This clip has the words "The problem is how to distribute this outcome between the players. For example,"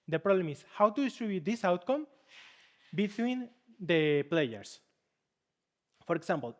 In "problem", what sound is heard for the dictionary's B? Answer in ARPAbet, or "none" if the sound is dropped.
none